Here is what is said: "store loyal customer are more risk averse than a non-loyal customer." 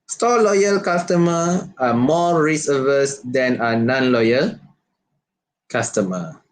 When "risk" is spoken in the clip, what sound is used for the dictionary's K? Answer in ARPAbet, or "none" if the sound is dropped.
none